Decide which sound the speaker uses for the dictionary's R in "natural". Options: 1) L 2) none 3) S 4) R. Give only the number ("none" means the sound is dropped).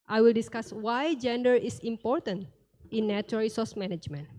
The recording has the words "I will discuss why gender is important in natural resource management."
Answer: 2